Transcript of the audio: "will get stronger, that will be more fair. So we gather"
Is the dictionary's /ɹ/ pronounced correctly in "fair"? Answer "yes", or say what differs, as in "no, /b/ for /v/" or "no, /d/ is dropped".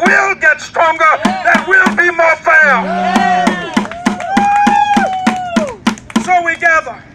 no, /l/ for /ɹ/